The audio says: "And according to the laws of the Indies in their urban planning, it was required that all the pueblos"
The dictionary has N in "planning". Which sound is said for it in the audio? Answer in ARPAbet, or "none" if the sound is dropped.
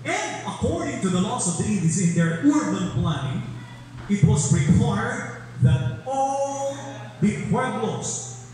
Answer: none